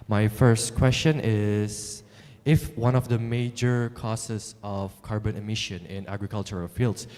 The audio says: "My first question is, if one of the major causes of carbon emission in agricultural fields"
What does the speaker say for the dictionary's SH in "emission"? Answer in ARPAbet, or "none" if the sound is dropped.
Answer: SH